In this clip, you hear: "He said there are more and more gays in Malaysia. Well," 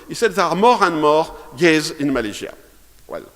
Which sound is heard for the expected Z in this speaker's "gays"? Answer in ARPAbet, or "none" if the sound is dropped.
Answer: Z